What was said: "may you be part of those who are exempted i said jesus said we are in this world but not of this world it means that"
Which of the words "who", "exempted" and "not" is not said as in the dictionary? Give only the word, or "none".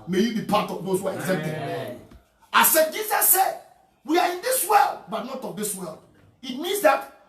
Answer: exempted